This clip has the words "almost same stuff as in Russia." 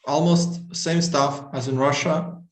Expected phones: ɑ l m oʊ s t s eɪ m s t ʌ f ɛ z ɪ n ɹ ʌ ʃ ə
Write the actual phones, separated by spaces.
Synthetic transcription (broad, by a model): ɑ l m oʊ s t s eɪ m s t ʌ f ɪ z ɪ n ɹ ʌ ʃ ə